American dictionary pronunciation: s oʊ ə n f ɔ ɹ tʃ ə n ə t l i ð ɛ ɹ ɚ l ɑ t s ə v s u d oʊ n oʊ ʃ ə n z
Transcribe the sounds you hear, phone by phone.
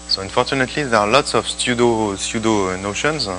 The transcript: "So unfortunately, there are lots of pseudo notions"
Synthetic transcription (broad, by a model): s oʊ ə n f ɔ ɹ tʃ ə n ə t l i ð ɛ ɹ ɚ l ɑ t s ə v s u d oʊ n oʊ ʃ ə n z